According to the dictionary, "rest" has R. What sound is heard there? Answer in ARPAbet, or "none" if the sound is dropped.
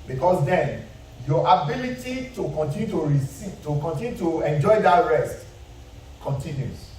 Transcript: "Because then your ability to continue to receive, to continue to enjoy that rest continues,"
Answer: R